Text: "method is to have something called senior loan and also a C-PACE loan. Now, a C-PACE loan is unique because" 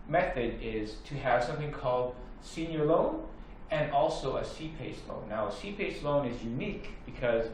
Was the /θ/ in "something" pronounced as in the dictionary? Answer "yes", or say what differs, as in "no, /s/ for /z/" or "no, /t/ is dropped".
yes